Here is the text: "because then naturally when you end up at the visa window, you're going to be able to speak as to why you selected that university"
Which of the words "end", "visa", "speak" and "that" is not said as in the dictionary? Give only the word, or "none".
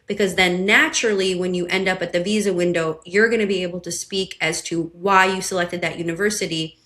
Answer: none